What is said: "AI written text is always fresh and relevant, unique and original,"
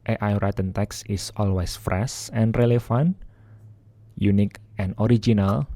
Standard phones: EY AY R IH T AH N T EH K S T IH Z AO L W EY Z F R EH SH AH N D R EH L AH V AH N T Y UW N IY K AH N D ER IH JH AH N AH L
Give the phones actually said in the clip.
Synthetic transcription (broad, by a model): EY AY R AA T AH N T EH K S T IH S AO L W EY S F R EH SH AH N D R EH L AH F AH N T Y UW N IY K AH N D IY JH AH N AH L